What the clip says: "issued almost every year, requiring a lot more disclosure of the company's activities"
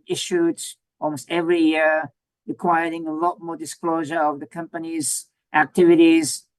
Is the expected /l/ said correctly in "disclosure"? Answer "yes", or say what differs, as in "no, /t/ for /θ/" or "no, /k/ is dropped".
yes